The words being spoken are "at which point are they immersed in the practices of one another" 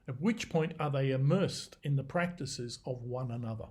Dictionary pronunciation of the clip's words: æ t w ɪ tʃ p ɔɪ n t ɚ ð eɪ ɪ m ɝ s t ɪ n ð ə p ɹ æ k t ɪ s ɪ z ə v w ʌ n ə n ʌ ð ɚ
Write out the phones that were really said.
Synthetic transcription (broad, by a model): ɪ t w ɪ tʃ p ɔɪ n t ɚ ð eɪ ɪ m ɝ s t ɪ n ð ə p ɹ æ k t ɪ s ɪ z ə v w ʌ n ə n ʌ ð ɚ